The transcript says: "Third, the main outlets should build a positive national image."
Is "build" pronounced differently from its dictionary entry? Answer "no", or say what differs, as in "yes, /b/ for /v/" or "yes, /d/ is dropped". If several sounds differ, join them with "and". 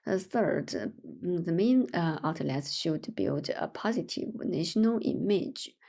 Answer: no